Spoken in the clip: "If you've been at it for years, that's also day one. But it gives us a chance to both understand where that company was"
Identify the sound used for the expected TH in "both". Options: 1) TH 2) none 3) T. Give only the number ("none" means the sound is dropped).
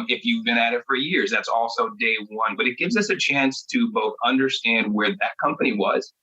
1